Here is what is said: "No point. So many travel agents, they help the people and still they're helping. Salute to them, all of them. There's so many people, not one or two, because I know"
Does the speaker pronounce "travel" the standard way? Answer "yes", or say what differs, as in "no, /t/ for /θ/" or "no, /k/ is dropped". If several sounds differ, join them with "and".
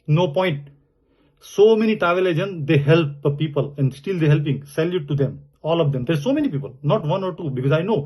no, /ɹ/ is dropped